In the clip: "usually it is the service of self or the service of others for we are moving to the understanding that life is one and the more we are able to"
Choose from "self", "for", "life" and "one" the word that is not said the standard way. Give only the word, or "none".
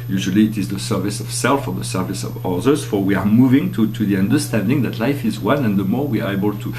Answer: none